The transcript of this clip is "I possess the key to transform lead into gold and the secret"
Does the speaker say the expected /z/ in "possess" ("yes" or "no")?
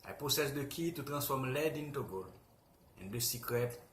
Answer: no